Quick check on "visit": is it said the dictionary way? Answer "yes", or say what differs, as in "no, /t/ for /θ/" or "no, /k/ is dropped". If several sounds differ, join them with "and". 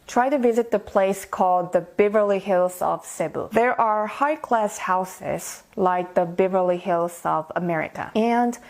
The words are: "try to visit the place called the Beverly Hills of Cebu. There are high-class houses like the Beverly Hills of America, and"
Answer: yes